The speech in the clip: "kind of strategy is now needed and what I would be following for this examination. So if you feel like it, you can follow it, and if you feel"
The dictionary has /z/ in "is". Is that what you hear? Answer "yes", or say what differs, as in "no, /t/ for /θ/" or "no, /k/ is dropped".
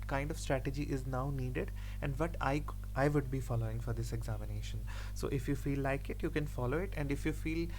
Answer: yes